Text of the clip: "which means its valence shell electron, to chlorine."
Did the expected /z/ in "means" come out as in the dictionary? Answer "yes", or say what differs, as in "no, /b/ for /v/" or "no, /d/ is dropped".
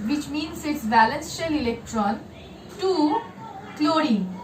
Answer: no, /s/ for /z/